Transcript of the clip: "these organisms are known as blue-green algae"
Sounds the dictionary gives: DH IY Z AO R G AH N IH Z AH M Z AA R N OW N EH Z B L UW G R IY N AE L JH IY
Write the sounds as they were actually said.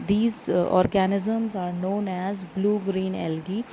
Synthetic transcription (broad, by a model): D IY Z AO R G AH N IH Z AH M Z AA R N OW N EH Z B L UW G R IY N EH L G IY